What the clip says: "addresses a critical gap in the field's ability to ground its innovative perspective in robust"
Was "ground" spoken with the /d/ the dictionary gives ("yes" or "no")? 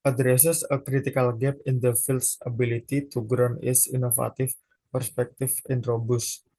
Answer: no